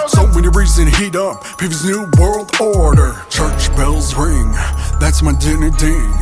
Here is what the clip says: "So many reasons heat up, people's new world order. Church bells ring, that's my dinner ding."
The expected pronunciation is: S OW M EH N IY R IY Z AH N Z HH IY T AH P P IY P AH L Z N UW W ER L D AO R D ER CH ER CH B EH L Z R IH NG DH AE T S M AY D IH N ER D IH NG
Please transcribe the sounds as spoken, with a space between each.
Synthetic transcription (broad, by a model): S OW M EH N IY R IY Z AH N HH IY T AH P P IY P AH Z N UW W ER L D AO R D ER CH ER CH B EH L Z R IH NG DH AE T S M AY D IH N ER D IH